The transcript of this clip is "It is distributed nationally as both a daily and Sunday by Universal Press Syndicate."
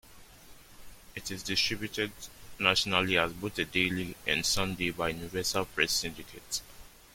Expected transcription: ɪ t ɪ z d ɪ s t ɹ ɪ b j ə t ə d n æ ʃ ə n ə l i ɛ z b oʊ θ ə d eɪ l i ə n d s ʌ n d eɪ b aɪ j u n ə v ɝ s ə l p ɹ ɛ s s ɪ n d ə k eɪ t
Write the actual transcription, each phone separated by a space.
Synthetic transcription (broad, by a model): ɪ t ɪ z d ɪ s t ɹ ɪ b j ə t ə d n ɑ ʃ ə n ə l i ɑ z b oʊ t ə d eɪ l i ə n s ʌ n d eɪ b aɪ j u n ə v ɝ s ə l p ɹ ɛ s s ɪ n d ə k eɪ t